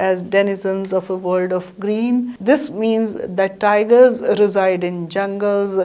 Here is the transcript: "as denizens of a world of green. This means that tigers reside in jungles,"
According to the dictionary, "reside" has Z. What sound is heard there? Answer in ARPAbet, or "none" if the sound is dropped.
Z